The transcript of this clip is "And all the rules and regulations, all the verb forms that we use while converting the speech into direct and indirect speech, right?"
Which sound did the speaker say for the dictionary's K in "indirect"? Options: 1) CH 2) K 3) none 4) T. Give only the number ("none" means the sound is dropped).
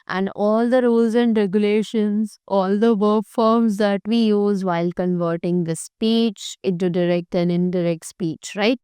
2